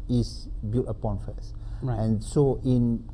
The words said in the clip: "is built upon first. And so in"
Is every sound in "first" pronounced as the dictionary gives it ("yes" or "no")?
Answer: no